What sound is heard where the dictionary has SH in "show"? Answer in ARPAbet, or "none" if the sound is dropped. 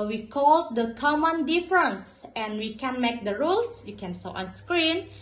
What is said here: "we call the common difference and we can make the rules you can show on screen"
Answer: S